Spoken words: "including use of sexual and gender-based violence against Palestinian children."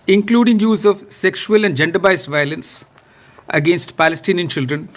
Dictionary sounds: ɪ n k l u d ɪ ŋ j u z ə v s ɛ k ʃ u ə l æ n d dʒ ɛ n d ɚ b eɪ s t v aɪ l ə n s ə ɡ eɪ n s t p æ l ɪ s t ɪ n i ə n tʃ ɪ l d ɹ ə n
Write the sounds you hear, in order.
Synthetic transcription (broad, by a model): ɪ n k l u d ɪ ŋ j u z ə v s ɛ k ʃ u ə l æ n d dʒ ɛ n d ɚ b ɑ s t v aɪ l ə n s ə ɡ eɪ n s t p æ l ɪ s t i n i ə n tʃ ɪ l d ɹ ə n